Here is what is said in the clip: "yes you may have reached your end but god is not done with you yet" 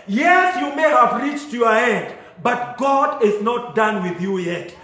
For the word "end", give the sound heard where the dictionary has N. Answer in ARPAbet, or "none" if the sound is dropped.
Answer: N